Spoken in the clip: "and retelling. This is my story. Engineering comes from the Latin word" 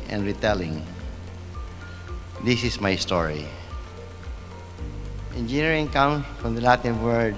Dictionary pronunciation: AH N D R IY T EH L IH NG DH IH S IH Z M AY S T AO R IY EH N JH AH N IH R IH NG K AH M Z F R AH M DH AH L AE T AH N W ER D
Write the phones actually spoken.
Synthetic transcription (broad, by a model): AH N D R IY T EH L IH NG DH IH S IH S M AY S T AO R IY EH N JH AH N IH R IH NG K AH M F R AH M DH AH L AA T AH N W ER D